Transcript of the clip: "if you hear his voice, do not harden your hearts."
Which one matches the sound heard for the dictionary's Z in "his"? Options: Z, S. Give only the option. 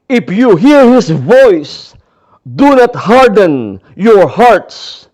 S